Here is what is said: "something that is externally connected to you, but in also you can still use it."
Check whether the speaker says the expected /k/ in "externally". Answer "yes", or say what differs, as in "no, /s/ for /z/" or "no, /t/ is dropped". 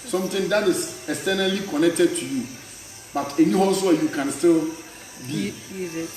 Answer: no, /k/ is dropped